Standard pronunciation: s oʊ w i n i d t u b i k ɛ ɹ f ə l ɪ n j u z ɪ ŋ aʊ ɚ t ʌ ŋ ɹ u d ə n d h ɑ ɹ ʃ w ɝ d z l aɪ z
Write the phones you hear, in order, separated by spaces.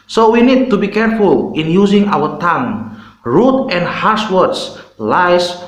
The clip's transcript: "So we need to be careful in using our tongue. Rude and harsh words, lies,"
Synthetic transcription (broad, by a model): s oʊ w i n i d t u b i k ɛ ɹ f ə l ɪ n j u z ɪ ŋ aʊ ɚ t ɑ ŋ ɹ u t ə n d h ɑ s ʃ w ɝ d s l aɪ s